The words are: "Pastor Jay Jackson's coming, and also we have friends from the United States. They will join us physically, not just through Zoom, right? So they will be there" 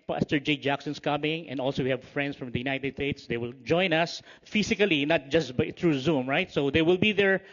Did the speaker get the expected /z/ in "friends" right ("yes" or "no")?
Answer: no